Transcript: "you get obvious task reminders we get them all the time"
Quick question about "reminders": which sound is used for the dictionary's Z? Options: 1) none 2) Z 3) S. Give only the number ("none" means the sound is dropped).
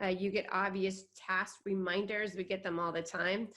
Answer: 2